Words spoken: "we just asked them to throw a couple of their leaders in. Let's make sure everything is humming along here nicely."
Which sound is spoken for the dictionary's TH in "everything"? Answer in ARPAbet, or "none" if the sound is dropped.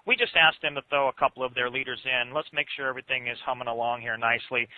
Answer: TH